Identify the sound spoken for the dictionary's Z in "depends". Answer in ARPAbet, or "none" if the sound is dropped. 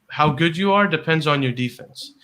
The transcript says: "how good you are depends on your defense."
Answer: Z